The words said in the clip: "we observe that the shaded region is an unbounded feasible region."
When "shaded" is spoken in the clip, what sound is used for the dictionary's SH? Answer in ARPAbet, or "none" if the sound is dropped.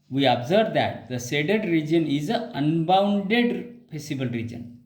S